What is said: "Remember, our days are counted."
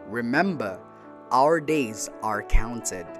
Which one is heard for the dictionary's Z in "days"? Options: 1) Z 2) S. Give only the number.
1